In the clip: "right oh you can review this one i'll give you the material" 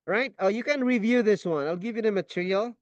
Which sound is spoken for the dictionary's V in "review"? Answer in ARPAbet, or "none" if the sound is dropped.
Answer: V